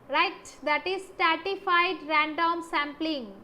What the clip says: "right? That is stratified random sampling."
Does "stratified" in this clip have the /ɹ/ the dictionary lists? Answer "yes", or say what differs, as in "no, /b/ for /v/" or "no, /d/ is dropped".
no, /ɹ/ is dropped